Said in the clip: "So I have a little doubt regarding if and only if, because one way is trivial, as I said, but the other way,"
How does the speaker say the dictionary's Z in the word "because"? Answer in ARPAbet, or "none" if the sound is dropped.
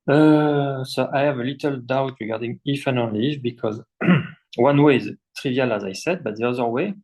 Z